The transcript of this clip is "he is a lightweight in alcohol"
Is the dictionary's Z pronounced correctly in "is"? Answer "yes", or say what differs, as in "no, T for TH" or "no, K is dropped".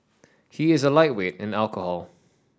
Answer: yes